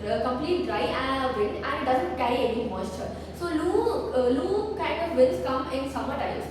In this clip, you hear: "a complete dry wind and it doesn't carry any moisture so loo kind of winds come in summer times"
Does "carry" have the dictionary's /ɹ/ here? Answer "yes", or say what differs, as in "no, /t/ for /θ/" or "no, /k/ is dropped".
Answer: no, /ɹ/ is dropped